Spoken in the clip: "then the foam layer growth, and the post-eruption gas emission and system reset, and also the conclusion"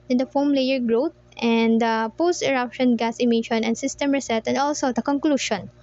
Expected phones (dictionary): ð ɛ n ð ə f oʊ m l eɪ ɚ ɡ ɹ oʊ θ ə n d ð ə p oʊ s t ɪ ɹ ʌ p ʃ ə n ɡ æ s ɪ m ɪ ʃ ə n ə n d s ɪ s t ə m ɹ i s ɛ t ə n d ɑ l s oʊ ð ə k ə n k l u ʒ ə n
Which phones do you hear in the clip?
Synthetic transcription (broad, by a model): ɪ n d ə f oʊ m l eɪ ɚ ɡ ɹ oʊ t ə n d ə p oʊ s t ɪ ɹ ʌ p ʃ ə n ɡ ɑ s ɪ m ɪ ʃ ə n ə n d s ɪ s t ə m ɹ i s ɛ t ə n d ɑ l s oʊ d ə k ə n k l u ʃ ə n